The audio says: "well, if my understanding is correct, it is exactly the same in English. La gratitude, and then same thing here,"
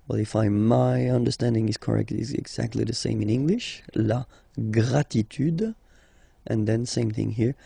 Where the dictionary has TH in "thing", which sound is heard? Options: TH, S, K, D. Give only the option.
TH